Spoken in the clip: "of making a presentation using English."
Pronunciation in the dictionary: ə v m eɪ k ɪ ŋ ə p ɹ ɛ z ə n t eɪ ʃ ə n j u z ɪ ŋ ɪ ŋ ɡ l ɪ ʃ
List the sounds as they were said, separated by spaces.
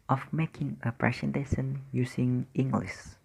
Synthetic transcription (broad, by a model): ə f m eɪ k ɪ ŋ ə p ɹ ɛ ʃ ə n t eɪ s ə n j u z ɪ ŋ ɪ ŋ ɡ l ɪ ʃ